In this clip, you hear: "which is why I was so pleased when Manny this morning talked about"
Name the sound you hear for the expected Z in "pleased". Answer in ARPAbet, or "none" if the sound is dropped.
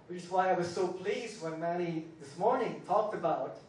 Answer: Z